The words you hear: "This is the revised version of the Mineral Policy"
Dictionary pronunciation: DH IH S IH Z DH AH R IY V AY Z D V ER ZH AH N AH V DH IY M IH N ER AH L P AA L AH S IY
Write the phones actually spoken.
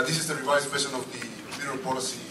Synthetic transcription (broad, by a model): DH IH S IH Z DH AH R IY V AY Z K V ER SH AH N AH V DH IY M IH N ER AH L P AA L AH S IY